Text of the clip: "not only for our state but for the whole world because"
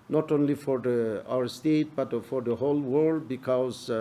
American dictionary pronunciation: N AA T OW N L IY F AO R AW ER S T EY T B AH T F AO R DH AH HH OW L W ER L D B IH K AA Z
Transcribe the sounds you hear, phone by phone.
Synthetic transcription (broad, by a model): N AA T OW N L IY F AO R AW ER S T EY T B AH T F AO R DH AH HH OW L W ER L D B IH K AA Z